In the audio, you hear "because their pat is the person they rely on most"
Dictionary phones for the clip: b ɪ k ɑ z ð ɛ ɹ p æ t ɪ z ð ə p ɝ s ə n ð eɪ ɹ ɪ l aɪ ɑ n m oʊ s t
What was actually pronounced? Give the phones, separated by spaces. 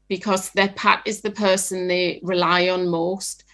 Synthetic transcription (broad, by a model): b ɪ k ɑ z ð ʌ p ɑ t ɪ z ð ə p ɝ s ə n ð eɪ ɹ ɪ l aɪ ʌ n m oʊ s t